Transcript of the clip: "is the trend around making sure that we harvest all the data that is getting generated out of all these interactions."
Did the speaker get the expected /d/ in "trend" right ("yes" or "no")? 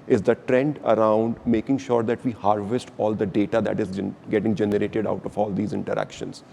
yes